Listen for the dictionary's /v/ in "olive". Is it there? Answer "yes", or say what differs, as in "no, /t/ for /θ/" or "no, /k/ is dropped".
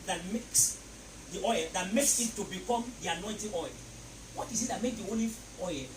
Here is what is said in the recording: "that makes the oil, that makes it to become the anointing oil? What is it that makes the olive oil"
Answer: no, /v/ is dropped